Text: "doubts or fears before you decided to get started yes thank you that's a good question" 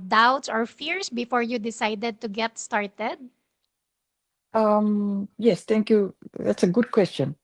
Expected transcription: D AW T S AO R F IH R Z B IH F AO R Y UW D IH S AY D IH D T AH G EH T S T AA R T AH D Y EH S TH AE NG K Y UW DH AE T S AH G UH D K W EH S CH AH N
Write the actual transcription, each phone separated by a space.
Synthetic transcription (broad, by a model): D AW T S AO R F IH R S B IH F AO R Y UW D IH S AY D IH D T AH G EH T S T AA R T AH D Y EH S T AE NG K Y UW DH AE T S AH G UH D K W EH S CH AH N